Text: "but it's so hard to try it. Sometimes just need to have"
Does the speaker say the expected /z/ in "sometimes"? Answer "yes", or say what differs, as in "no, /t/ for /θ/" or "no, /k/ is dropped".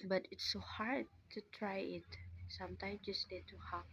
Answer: no, /z/ is dropped